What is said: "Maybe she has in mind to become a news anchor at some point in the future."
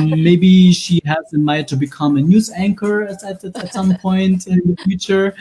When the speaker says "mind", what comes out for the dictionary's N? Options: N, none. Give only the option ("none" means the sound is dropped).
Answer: none